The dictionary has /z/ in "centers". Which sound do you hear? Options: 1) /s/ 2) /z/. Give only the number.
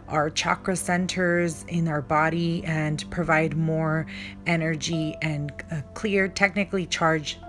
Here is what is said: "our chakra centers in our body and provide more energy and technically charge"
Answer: 2